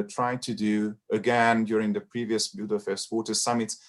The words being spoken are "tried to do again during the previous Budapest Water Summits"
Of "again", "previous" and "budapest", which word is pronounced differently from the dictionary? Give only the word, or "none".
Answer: budapest